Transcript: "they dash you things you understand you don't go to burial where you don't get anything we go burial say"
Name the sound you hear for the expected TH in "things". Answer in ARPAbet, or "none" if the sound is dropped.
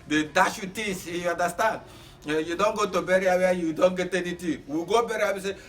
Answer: T